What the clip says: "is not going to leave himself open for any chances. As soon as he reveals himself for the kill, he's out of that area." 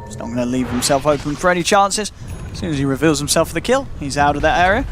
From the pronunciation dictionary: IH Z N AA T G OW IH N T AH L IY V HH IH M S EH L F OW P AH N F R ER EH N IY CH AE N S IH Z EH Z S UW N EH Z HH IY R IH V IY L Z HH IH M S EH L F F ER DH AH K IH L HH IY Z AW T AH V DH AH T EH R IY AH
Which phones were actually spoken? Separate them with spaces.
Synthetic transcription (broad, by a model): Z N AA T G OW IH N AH L IY V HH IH M S EH L F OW F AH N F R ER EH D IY CH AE N S IH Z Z S UW N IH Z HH IY R IH V IY L Z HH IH M S EH L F F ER DH AH K IH L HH IY Z AW T AH V DH AH T EH R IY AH